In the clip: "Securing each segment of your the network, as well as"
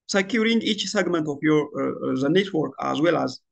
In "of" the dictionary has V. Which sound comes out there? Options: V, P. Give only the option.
P